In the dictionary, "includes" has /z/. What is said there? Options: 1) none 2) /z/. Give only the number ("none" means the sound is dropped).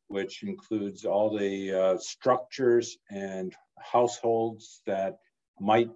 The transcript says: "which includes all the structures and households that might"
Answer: 2